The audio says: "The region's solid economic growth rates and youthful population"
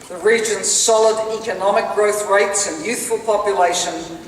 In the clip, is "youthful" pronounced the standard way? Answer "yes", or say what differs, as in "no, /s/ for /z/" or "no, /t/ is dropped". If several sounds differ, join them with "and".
yes